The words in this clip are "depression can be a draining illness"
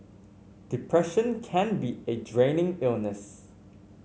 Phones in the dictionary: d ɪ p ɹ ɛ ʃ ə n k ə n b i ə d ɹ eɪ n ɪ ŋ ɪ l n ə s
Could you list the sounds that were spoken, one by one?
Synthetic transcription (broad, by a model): d ɪ p ɹ ɛ ʃ ə n k ə n b i ə d ɹ eɪ n ɪ ŋ ɪ l n ə s